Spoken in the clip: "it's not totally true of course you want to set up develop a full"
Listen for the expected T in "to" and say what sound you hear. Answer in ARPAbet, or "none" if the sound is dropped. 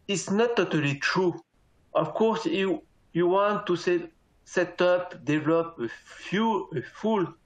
S